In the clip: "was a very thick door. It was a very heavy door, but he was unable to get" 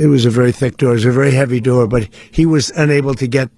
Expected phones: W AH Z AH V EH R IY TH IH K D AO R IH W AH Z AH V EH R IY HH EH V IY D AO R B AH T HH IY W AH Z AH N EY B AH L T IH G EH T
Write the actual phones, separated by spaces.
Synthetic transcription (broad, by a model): W AH Z AH V EH R IY TH IH K D AO R IH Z AH V EH R IY HH EH V IY D AO R B AH T HH IY W AH Z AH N EY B L T IH G EH T